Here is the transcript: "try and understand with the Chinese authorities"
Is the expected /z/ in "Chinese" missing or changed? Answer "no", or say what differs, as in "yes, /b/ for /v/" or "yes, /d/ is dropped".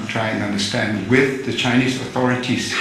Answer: no